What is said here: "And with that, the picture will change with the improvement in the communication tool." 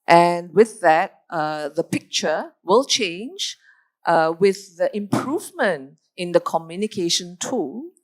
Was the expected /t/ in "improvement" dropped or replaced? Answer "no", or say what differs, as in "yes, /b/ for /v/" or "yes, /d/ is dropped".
no